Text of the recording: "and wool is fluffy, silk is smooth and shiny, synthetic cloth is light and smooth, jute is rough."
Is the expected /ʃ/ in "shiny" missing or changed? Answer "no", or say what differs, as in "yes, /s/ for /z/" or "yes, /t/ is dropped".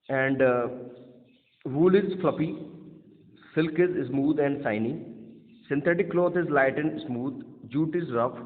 yes, /s/ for /ʃ/